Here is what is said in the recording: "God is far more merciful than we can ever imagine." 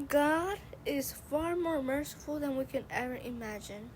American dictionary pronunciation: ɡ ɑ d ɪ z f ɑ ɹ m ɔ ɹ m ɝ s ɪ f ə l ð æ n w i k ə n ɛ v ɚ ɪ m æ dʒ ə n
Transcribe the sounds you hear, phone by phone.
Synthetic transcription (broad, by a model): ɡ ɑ d ɪ z f ɑ ɹ m ɔ ɹ m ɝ s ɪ f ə l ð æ n w i k ə n ɛ v ɚ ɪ m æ dʒ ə n